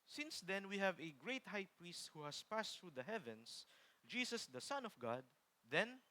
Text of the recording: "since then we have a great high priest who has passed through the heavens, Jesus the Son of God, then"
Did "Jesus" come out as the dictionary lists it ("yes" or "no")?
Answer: no